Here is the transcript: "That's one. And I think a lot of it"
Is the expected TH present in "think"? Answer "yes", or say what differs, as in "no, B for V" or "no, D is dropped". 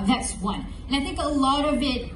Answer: yes